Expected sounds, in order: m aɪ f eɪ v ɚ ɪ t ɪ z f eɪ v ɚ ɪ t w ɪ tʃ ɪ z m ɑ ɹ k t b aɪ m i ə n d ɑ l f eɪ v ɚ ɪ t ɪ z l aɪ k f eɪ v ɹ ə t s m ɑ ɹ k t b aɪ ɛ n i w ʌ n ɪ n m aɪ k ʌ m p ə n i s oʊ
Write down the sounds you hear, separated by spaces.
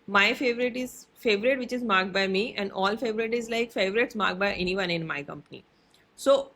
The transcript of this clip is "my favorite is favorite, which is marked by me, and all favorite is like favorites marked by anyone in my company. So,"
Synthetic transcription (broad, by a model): m aɪ f eɪ v ɚ ɪ t ɪ z f eɪ v ɚ ɪ t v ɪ tʃ ɪ z m ɑ ɹ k b aɪ m i ə n d ɑ l f eɪ v ɚ ɪ t ɪ z l aɪ k f eɪ v ɹ ə t s m ɑ ɹ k b aɪ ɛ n i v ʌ n ɪ n m aɪ k ʌ m p ə n i s oʊ